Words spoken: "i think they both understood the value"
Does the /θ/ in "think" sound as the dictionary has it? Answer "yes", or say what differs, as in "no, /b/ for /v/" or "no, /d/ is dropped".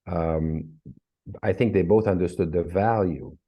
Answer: yes